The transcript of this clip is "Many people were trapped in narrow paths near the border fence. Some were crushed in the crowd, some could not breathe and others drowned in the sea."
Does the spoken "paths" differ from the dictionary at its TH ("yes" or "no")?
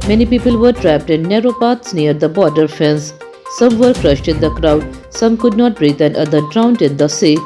yes